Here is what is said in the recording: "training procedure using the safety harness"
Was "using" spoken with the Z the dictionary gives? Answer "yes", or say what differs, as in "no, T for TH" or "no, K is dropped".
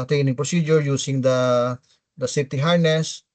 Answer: no, S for Z